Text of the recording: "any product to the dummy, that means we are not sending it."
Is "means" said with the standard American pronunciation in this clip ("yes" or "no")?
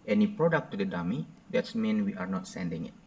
no